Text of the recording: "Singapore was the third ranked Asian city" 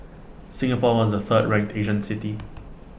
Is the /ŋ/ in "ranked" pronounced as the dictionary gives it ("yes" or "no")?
no